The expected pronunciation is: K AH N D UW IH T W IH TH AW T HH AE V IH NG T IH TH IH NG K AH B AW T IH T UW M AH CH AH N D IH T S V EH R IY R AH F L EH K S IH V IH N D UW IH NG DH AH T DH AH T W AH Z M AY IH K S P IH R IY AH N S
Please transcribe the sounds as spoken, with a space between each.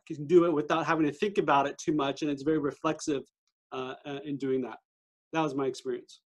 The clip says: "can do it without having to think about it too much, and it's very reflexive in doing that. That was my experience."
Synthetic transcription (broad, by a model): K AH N D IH IH T W IH TH AW T HH AE V IH NG T IH TH IH NG K AH B AW T IH T UW M AH CH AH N IH T S V EH R IY R AH F L EH K S IH V IH N D UW IH NG DH AH T DH AH T W AH Z M AY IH K S P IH R IY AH N S